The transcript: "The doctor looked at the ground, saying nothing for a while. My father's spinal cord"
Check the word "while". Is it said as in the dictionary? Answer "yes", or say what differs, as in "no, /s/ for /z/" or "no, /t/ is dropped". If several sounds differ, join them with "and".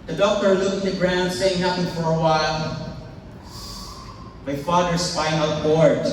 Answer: yes